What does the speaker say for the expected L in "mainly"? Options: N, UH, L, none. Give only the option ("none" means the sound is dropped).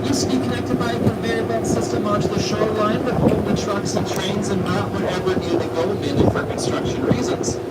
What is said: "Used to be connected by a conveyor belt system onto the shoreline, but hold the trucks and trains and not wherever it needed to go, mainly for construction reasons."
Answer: none